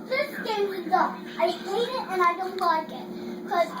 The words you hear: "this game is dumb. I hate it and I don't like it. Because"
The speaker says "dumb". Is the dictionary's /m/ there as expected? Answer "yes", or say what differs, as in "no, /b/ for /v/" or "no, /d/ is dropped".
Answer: no, /m/ is dropped